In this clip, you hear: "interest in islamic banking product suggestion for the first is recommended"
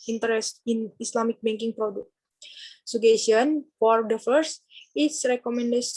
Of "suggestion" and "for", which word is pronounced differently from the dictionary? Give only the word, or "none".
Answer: suggestion